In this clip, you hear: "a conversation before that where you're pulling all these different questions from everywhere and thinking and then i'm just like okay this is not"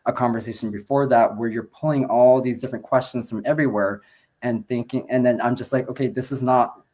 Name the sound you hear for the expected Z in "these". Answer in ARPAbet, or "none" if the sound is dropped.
Z